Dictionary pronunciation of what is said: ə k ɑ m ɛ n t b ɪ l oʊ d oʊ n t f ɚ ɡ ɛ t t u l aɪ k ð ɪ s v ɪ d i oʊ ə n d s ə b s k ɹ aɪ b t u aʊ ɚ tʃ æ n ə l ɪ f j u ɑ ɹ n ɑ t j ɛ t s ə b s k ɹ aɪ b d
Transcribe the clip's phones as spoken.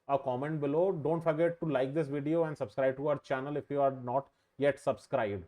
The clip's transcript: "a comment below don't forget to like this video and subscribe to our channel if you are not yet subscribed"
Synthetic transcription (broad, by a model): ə k ɑ m ɛ n t b ɪ l oʊ d oʊ n t f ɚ ɡ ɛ t t u l aɪ k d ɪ s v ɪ d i oʊ ə n d s ə b s k ɹ aɪ b t u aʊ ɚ tʃ æ n ə l ɪ f j u ɑ ɹ n ɑ t j ɛ t s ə b s k ɹ aɪ b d